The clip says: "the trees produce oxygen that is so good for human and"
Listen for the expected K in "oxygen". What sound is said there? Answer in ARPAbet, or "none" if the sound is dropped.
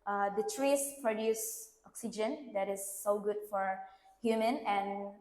K